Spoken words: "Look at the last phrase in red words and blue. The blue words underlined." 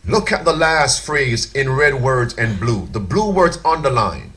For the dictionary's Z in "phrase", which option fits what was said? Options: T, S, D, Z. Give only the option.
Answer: Z